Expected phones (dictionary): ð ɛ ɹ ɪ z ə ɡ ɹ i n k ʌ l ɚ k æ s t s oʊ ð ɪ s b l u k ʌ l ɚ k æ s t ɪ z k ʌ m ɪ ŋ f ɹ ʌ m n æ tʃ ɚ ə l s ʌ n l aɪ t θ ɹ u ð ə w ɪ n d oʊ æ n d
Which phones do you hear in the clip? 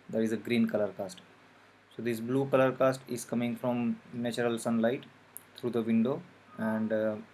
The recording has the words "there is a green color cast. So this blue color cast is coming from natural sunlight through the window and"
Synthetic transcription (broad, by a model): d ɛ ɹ ɪ z ə ɡ ɹ i n k ʌ l ɚ k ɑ s t s oʊ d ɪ s b l u k ʌ l ɚ k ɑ s t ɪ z k ʌ m ɪ ŋ f ɹ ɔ m n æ tʃ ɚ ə l s ʌ n l aɪ t t ɹ u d ə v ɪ n d oʊ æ n d